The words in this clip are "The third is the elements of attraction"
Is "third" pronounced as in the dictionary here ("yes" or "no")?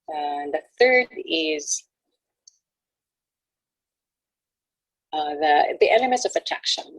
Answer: yes